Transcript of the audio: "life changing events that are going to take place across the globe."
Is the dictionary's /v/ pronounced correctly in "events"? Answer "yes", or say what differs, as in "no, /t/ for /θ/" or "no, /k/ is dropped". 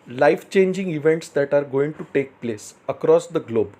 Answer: yes